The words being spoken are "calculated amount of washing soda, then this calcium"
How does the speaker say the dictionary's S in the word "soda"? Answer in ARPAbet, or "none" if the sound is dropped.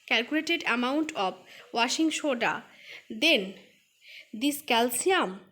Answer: SH